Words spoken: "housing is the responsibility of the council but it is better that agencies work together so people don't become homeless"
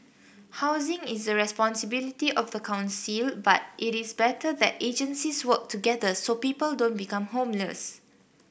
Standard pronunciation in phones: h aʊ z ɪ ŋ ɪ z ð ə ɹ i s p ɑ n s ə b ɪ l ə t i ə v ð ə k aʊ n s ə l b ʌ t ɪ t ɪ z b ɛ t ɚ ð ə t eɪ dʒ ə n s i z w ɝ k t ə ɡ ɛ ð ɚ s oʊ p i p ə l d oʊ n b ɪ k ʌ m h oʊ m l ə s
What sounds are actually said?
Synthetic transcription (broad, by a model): h aʊ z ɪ ŋ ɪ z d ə ɹ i s p ɑ n s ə b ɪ l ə t i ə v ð ə k aʊ n s ə l b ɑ t ɪ t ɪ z b ɛ t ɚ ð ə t eɪ dʒ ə n s i s w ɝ k t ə ɡ ɛ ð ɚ s oʊ p i p ə l d oʊ n b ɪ k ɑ m h oʊ m l ə s